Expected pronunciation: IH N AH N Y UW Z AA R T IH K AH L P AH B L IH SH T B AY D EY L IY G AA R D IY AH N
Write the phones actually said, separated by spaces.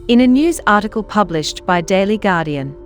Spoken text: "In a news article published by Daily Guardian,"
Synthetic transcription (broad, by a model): IH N AH N Y UW Z AA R T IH K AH L P AH B L IH SH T B AY D EY L IY G AA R D IY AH N